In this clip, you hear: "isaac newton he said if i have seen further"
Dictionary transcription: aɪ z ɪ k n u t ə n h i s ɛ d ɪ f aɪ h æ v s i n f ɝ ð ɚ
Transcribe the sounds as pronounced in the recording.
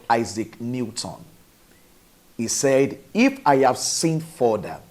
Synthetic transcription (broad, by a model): aɪ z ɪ k n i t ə n h i s ɛ d ɪ f aɪ h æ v s i n f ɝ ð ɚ